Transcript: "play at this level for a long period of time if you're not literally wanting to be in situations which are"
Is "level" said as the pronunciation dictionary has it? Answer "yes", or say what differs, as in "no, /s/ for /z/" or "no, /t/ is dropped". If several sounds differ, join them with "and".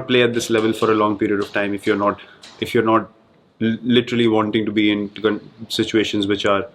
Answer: yes